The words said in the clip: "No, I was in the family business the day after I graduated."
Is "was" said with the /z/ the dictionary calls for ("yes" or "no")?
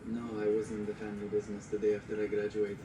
yes